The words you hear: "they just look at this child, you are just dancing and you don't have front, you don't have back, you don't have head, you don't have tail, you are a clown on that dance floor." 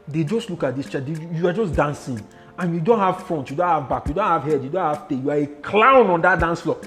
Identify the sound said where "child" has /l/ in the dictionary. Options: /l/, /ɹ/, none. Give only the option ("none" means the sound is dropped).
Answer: none